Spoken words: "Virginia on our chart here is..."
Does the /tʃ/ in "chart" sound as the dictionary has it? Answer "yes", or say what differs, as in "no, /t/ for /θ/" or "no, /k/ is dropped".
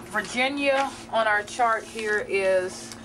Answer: yes